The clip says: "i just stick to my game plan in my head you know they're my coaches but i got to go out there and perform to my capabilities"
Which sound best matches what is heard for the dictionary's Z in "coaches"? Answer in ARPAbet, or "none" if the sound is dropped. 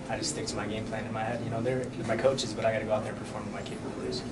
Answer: Z